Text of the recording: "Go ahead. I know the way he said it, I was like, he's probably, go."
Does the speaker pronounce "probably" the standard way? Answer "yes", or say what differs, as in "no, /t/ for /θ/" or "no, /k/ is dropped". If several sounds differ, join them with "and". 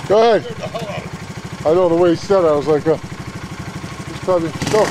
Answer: no, /l/ is dropped